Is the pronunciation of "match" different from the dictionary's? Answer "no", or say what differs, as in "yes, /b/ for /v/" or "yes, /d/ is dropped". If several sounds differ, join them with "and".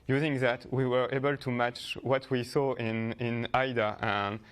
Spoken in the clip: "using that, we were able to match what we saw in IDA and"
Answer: no